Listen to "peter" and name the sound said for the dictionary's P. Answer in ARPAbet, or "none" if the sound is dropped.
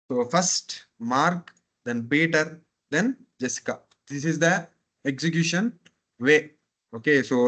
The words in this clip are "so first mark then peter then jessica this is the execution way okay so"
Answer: B